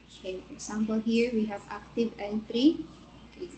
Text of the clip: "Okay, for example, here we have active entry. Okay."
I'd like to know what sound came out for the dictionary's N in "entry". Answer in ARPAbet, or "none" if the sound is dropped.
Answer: L